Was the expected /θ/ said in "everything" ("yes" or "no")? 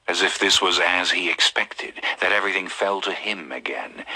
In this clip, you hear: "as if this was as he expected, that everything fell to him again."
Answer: yes